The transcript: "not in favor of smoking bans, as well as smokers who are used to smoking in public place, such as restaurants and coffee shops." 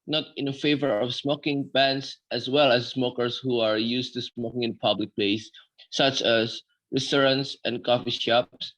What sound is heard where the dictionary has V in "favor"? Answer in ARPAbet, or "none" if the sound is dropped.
V